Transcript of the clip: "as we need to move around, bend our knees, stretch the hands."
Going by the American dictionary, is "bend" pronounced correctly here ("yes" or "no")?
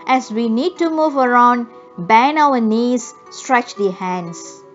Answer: no